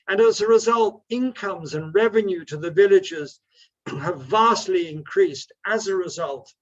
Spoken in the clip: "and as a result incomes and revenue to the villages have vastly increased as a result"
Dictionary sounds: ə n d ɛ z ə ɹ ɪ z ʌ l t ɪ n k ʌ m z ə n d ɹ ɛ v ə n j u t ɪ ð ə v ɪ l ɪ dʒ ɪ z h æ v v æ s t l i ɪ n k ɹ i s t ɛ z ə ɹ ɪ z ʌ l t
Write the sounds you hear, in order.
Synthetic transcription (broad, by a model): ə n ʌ z ə ɹ ɪ z ʌ l t ɪ n k ʌ m z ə n ɹ ɛ v ə n j u t ɪ ð ə v ɪ l ɪ dʒ ɪ z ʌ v v æ s t l i ɪ n k ɹ i s t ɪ z ə ɹ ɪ z ʌ l t